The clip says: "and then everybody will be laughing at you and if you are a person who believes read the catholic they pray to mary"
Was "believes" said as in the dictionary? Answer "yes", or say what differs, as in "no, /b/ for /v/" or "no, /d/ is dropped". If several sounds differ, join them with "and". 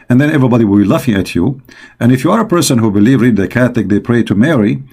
no, /z/ is dropped